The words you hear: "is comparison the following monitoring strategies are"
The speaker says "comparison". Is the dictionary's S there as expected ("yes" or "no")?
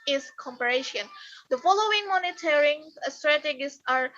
no